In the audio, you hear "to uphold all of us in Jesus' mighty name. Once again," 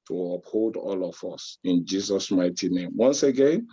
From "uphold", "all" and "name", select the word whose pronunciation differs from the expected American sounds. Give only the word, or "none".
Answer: none